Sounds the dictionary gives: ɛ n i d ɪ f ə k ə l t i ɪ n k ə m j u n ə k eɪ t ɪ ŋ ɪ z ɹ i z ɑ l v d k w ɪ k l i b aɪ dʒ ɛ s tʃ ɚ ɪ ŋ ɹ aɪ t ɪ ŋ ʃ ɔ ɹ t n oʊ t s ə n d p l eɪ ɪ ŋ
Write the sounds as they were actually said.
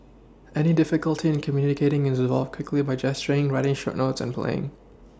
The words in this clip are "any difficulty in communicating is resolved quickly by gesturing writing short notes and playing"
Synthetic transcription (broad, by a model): ɛ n i d ɪ f ə k ə l t i ɪ n k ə m j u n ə k eɪ t ɪ ŋ ɪ z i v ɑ l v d k w ɪ k l i b aɪ dʒ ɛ s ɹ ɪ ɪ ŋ ɹ aɪ t ɪ ŋ ʃ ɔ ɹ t n oʊ t s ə n p l eɪ ɪ ŋ